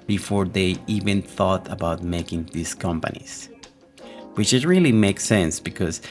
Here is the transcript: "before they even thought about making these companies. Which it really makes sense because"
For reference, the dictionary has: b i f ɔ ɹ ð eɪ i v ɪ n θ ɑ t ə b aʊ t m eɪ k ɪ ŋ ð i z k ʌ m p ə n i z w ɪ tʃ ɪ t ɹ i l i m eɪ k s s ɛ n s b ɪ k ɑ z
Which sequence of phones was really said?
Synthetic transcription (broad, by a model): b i f ɔ ɹ ð eɪ i v ɪ n θ ɑ t ə b aʊ t m eɪ k ɪ ŋ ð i s k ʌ m p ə n i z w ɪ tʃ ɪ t ɹ i l i m eɪ k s s ɛ n s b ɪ k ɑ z